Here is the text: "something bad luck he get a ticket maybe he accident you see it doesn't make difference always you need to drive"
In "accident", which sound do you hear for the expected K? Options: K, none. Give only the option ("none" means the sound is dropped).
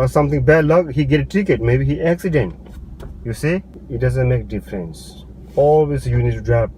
K